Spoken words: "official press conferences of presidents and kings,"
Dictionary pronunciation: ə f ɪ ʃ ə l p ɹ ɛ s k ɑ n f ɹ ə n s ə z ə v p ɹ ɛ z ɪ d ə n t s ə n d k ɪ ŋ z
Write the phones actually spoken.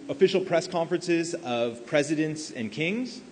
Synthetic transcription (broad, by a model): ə f ɪ ʃ l p ɹ ɛ s k ɑ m f ɹ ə n s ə z ə v p ɹ ɛ z ɪ d ə n t s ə n k ɪ ŋ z